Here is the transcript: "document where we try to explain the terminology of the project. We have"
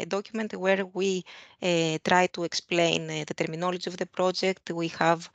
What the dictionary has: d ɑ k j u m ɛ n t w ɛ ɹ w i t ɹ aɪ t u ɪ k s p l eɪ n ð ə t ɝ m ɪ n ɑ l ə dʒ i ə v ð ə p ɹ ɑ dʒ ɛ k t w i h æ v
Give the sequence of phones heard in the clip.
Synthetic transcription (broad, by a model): d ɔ k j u m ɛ n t w ɛ ɹ w i t ɹ aɪ t u ɪ k s p l eɪ n ð ə t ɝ m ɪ n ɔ l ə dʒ i ə v ð ə p ɹ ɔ dʒ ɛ k t w i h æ v